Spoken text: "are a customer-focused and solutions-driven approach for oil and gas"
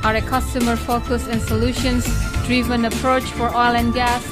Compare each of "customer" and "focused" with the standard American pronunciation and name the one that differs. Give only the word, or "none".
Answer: focused